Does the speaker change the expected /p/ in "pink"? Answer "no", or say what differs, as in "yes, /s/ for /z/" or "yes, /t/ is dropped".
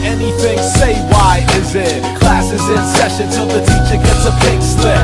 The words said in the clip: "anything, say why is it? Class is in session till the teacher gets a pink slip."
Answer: yes, /b/ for /p/